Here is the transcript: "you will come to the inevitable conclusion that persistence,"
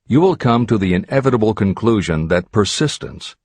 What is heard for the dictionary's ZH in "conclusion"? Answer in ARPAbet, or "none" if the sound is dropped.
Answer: ZH